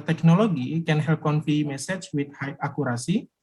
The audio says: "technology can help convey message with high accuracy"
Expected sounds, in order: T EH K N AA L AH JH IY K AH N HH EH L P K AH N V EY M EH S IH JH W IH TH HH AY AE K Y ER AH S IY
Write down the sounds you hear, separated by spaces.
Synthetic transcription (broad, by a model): T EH K N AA L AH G IY K AH N HH EH L P K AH N F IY M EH S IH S W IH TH HH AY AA K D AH S IY